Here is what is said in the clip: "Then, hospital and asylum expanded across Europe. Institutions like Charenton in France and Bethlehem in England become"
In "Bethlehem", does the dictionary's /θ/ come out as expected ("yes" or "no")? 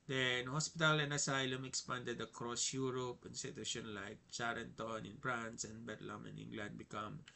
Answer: no